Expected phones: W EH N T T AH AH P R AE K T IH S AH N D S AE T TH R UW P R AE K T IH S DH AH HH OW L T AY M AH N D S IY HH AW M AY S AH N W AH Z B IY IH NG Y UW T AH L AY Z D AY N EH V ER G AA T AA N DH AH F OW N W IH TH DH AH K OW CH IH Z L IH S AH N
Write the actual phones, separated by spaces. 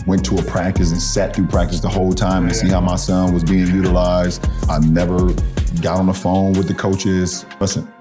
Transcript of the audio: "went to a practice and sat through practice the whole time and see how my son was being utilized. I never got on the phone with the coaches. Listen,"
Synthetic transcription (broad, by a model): W EH N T T AH AH P R AE K T IH S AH N S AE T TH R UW P R AE K T IH S DH AH HH OW L T AY M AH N S IY HH AW M AY S AH N W AH Z B IY IH NG Y UW T AH L AY Z D AY N EH V ER G AA T N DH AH F OW N W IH DH AH K OW CH IH Z L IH S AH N